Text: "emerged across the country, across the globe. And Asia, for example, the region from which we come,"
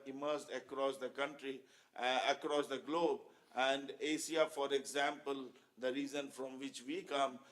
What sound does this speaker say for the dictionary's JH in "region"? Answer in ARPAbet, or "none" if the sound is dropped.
Z